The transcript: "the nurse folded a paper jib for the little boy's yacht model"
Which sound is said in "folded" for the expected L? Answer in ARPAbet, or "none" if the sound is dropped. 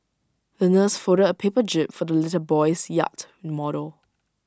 none